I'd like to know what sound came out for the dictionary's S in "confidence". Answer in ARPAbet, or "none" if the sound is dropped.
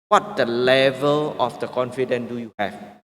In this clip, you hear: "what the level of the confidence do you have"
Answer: none